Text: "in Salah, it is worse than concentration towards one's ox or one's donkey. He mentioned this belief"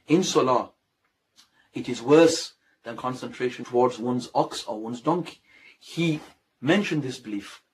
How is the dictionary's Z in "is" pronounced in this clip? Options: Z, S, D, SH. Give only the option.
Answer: Z